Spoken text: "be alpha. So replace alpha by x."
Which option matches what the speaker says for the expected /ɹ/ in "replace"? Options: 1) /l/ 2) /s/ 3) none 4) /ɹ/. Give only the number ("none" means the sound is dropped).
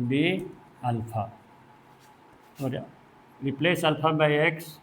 4